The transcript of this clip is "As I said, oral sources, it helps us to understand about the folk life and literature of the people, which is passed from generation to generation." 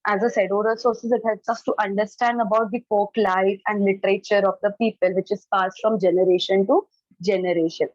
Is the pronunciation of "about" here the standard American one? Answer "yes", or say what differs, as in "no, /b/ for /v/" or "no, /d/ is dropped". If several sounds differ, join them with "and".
yes